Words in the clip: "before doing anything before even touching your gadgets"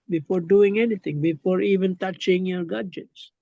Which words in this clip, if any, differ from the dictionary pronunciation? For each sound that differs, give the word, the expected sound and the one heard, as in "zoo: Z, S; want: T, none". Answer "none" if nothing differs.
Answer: anything: TH, T